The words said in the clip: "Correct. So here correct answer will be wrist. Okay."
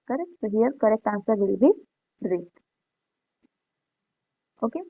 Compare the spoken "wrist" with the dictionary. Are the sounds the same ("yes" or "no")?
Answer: no